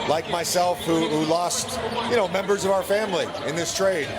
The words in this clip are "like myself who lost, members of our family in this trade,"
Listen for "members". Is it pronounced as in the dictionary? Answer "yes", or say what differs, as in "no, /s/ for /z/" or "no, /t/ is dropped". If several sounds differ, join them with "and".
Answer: yes